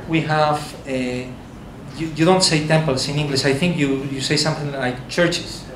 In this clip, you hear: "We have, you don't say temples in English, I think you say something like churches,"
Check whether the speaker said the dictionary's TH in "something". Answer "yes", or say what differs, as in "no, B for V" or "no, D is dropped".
yes